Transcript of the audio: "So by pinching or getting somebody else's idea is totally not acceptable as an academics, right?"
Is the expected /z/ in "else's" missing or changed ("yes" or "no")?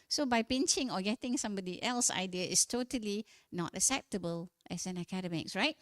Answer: yes